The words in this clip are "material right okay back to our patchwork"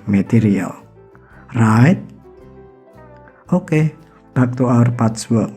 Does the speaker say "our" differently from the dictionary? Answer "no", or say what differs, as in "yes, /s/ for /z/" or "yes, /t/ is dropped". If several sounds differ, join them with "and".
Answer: no